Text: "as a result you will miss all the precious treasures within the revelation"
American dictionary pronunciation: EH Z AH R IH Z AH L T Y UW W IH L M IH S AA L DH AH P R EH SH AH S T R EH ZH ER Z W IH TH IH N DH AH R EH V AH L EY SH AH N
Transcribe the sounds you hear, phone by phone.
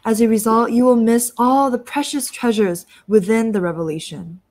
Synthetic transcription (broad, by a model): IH Z AH R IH Z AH L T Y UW W IH L M IH S AA L DH AH P R EH SH AH S T R EH ZH ER Z W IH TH IH N DH AH R EH V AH L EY SH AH N